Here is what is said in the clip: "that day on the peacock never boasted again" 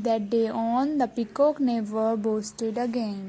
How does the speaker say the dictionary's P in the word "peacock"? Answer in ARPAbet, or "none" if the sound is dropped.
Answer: P